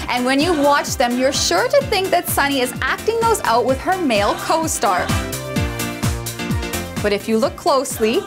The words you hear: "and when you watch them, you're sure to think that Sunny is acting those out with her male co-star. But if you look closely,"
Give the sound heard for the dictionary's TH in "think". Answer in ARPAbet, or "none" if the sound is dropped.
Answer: TH